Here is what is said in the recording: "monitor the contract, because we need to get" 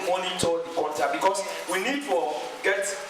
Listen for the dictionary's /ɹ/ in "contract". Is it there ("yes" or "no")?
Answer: no